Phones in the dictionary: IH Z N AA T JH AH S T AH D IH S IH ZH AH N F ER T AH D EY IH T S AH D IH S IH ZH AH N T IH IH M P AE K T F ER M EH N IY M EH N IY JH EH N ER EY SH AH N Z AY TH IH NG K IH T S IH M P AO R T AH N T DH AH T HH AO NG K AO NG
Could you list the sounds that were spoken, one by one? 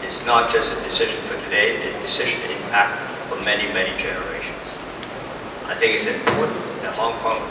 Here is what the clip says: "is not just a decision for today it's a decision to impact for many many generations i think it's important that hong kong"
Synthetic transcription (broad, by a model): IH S N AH T JH AH S T AH D IH S IH ZH AH N F ER T AH D EY IH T AH D IH S IH ZH AH N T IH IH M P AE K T F ER M EH N IY M EH N IY JH EH N ER EY SH AH N Z AY TH IH NG K IH T S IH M P AO R T N DH AH T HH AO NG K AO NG